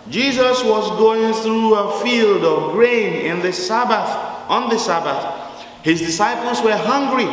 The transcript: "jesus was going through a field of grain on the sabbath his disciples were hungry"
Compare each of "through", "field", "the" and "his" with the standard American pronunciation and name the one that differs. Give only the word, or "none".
none